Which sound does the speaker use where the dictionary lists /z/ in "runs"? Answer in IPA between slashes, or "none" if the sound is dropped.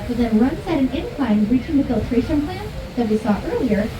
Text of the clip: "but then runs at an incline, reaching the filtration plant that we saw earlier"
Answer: /s/